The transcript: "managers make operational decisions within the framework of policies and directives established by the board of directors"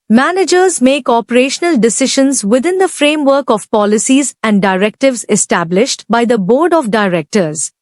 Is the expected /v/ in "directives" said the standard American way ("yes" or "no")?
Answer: yes